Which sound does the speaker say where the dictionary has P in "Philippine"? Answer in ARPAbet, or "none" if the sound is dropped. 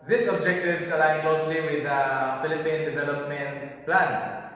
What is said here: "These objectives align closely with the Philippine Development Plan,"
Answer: P